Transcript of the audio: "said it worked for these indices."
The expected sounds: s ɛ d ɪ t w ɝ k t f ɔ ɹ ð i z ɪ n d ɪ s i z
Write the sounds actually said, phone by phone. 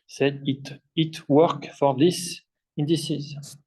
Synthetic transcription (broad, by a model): s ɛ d ɪ t w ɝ k f ɔ ɹ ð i s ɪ n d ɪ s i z